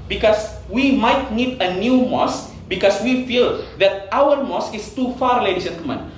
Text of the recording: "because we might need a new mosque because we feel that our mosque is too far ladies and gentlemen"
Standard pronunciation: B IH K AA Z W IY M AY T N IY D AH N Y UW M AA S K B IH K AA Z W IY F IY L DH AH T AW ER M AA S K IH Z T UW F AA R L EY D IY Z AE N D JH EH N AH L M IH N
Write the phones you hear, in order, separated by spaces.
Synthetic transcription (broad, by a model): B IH K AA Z W IY M AY T N IY D AH N Y UW M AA S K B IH K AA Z W IY F IY L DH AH T AW ER M AA S K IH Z T UW F AA R L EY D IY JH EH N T M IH N